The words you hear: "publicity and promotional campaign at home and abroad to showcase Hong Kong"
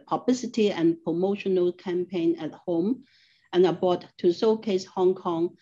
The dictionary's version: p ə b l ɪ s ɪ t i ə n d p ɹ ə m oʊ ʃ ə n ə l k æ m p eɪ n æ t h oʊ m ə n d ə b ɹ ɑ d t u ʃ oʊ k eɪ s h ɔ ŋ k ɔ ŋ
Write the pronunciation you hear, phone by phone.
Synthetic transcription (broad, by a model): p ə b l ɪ s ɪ t i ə n p ɹ ə m oʊ ʃ ə n ə l k æ m p eɪ n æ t h oʊ m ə n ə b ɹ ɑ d t u s oʊ k eɪ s h ɔ ŋ k ɔ ŋ